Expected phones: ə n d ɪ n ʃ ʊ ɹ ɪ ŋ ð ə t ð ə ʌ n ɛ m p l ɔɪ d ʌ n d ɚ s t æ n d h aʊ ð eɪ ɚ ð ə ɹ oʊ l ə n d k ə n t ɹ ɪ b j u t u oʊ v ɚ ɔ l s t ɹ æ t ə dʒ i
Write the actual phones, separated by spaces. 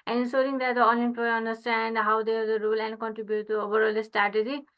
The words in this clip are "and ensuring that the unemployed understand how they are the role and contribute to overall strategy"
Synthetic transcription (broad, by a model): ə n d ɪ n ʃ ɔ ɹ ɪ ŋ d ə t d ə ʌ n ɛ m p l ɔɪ ʌ n d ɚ s t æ n d h aʊ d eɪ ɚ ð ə ɹ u l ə n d k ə n t ɹ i b j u t u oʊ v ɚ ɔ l s t ɹ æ t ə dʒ i